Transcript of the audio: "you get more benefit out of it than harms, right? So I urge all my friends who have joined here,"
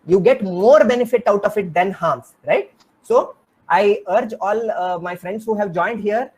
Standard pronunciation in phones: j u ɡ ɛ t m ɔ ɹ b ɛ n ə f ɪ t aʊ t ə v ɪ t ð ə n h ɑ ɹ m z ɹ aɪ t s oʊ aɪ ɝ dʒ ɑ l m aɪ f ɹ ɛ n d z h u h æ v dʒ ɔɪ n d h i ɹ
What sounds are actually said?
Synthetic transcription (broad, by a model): j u ɡ ɛ t m ɔ ɹ b ɛ n ə f ɪ t aʊ t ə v ɪ t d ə n h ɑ m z ɹ aɪ t s oʊ aɪ ɝ dʒ ɑ l m aɪ f ɹ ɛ n d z h u h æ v dʒ ɔɪ n d h i ɹ